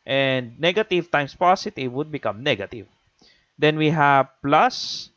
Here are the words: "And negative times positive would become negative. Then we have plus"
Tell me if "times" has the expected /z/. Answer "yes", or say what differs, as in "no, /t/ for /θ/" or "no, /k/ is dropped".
no, /s/ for /z/